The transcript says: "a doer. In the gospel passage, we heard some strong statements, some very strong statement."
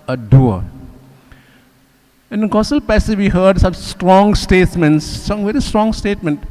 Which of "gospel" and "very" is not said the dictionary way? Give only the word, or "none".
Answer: gospel